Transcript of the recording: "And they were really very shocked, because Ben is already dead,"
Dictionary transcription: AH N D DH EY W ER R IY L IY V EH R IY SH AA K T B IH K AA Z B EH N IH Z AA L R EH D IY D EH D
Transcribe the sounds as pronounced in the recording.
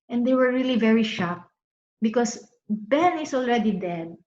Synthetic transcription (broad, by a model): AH N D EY W ER R IY L IY V EH R IY SH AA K B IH K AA S B EH N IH S AA L R EH D IY D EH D